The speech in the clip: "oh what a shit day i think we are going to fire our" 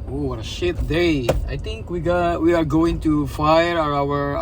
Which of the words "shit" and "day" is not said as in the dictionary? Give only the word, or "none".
none